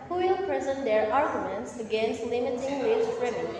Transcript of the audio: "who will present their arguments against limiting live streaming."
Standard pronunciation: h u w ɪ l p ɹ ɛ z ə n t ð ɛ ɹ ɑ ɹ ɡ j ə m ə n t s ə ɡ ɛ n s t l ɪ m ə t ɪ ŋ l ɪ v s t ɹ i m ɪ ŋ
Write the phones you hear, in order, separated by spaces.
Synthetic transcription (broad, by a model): h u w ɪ l p ɹ ɛ z ə n t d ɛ ɹ ɑ ɹ ɡ j ə m ə n t s ə ɡ ɛ n s t l ɪ m ə t ɪ ŋ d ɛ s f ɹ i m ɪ